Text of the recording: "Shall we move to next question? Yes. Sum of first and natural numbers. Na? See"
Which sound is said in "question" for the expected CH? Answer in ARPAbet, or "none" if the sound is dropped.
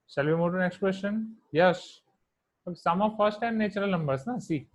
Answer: SH